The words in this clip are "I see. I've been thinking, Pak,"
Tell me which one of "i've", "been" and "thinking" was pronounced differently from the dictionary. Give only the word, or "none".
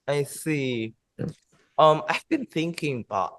none